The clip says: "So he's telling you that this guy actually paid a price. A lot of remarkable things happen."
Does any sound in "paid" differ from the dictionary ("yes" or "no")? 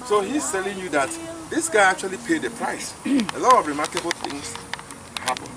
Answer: no